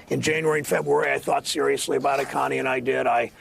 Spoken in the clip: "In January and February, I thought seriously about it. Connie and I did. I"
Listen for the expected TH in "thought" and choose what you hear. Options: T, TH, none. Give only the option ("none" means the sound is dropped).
TH